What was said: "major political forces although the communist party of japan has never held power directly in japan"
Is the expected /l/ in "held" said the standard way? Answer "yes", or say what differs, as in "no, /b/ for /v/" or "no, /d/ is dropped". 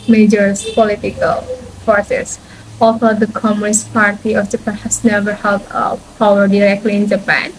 no, /l/ is dropped